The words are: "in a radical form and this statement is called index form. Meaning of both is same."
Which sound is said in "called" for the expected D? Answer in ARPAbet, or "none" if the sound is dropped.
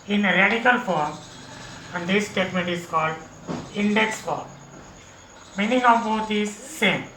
D